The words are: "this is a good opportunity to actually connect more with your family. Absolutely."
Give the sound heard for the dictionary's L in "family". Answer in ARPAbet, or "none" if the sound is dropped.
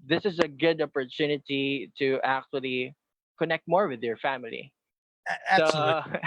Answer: none